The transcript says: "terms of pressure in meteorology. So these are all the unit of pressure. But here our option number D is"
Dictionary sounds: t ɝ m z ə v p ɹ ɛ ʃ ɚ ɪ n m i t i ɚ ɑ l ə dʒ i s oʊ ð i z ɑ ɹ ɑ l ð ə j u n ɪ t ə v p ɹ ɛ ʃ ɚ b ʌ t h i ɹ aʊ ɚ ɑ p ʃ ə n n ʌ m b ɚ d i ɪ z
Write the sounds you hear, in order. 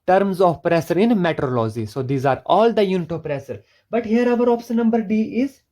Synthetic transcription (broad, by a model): t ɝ m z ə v p ɹ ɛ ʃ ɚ ɪ n m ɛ t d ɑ l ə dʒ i s oʊ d i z ɑ ɹ ɑ l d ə j u n ɪ t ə p ɹ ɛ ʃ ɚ b ʌ t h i ɹ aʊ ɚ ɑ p s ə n n ʌ m b ɚ d i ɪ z